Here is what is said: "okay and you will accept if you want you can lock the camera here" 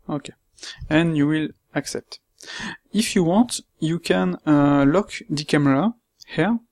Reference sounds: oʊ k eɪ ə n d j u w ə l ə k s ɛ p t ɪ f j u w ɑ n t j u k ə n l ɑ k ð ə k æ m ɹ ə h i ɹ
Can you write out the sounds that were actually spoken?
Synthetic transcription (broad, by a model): oʊ k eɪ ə n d j u w ə l ə k s ɛ p t ɪ f j u w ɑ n t j u k ə n l ɑ k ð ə k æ m ɹ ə h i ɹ